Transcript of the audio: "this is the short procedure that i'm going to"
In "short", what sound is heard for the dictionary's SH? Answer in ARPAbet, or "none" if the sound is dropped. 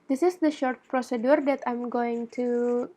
SH